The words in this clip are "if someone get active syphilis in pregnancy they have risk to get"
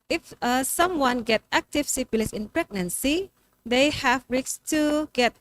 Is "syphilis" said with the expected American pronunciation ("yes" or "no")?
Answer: no